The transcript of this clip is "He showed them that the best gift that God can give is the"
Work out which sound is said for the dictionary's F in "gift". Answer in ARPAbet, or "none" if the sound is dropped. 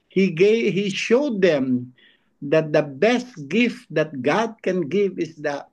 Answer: F